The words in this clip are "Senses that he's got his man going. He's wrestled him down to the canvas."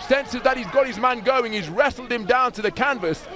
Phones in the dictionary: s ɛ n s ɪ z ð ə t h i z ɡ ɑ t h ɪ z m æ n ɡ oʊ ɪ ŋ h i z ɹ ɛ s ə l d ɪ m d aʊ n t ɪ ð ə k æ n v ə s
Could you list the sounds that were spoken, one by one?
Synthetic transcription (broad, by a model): s ɛ n s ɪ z ð ə t h i z ɡ ɑ t h ɪ z m æ n ɡ oʊ ɪ ŋ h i z ɹ ɛ s l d ɪ m d aʊ n t ɪ ð ə k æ n v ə s